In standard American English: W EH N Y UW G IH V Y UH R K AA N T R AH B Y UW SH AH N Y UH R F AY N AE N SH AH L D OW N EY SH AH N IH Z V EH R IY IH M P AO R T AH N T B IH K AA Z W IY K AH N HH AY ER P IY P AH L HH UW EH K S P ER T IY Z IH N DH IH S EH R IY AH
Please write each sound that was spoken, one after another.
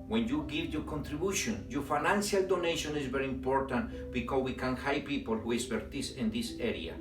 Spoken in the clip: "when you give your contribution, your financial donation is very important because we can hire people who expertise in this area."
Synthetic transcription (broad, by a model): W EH N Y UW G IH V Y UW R K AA N T R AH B Y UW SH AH N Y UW F AY N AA N S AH L D OW N EY SH AH N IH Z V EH R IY IH M P AO R T AH N T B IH K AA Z W IY K AH N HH AY P IY P AH L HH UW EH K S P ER T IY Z IH N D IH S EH R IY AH